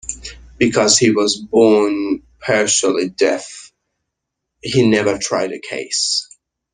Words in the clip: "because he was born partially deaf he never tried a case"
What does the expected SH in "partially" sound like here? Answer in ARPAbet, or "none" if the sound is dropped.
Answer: S